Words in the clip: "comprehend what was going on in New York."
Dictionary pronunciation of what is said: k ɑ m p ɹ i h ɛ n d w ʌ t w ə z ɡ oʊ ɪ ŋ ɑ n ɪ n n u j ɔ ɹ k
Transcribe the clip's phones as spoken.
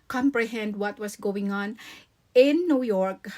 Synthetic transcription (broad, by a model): k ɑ m p ɹ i h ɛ n d w ʌ t w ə s ɡ oʊ ɪ ŋ ɑ n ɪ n n u j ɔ ɹ k